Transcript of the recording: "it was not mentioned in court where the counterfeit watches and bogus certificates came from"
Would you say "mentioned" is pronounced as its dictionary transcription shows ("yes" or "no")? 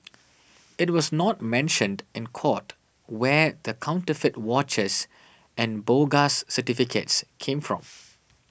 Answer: yes